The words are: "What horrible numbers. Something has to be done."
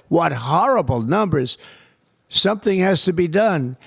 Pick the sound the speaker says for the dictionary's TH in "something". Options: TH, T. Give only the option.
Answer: TH